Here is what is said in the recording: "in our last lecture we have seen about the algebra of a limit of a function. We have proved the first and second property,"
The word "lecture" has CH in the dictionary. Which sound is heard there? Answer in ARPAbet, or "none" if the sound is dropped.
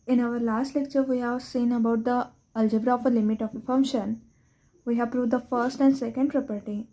CH